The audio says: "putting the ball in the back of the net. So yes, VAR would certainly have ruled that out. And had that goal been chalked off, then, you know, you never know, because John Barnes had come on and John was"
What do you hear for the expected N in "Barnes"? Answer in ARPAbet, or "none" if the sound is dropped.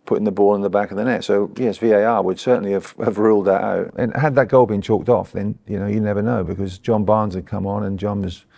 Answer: N